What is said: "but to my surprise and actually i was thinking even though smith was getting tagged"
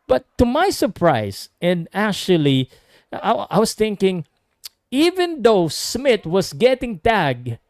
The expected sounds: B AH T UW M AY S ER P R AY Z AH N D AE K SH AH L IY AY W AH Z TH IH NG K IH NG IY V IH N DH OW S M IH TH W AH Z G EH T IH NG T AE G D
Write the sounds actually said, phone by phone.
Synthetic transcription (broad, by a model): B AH T UW M AY S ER P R AY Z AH N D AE K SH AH L IY AY W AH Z TH IH NG K IH NG IY V IH N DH OW S M IH T W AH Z G EH T IH NG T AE G